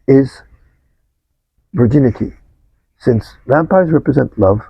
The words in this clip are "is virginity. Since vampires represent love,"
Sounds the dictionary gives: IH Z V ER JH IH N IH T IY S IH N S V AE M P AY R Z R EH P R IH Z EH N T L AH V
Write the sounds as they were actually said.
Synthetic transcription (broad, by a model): IH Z V ER JH IH N IH T IY S IH N S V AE M P AY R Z R EH P R IH Z EH N T L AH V